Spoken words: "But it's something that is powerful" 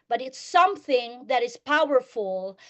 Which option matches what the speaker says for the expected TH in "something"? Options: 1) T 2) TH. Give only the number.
2